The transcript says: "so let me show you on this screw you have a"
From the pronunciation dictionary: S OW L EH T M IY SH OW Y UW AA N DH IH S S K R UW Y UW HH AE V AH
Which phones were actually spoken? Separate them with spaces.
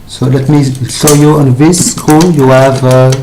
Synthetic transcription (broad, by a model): S OW L EH T M IY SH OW Y UW AA N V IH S S K UW Y UW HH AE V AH